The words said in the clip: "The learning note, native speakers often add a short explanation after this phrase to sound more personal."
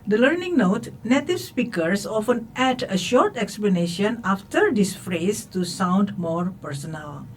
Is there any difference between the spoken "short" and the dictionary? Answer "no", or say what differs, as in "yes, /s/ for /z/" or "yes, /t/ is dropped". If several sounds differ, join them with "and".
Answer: no